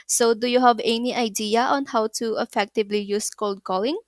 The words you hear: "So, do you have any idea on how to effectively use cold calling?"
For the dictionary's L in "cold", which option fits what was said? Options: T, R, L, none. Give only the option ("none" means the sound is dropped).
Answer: L